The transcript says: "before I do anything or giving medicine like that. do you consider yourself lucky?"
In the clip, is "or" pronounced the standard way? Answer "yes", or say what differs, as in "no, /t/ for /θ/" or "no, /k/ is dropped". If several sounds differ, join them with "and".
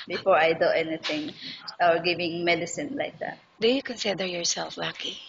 no, /w/ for /ɹ/